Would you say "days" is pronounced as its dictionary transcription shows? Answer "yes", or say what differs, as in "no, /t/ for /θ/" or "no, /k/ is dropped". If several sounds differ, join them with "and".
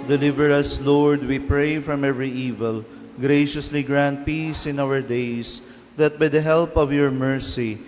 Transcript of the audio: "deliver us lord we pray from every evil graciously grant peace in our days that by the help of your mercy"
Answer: no, /s/ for /z/